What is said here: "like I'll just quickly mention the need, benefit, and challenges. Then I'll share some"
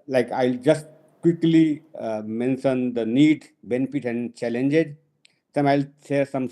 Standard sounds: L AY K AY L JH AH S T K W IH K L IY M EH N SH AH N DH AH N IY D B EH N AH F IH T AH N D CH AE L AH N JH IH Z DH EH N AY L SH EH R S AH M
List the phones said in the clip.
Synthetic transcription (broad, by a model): L AY K AY L JH AH S T K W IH K L IY M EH N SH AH N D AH N IY D B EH N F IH T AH N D CH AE L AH N JH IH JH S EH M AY L S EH S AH M